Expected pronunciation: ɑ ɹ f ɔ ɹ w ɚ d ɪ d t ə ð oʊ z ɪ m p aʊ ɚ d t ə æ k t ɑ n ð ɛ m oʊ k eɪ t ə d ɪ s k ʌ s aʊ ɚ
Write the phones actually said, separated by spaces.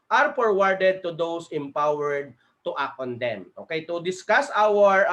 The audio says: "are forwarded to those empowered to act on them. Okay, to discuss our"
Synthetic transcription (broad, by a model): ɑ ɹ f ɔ ɹ w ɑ d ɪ d t ə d oʊ s ɪ m p aʊ ɚ d t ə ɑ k ɑ n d ɛ m oʊ k eɪ t ə d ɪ s k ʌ s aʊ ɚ